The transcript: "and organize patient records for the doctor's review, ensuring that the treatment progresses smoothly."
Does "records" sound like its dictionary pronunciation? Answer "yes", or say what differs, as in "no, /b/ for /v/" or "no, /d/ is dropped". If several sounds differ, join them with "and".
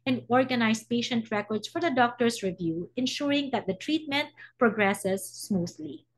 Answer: no, /s/ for /z/